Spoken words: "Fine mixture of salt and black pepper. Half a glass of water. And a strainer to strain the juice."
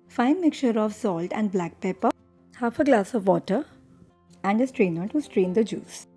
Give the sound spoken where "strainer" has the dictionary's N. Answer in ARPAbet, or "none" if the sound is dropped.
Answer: N